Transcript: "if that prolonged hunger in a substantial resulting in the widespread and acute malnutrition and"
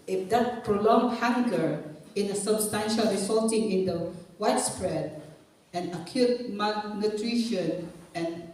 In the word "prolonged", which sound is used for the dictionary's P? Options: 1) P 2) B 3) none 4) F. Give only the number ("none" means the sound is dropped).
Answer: 1